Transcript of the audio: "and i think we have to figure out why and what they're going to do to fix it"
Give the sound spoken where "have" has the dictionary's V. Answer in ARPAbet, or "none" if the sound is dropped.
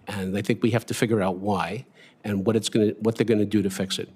F